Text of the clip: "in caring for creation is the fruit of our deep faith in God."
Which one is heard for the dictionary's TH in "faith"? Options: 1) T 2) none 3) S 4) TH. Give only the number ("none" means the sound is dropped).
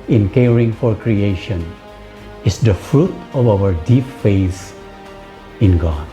3